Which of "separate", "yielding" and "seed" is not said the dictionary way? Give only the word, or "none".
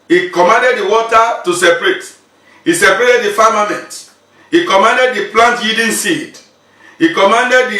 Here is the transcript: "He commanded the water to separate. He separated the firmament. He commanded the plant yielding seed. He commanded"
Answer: yielding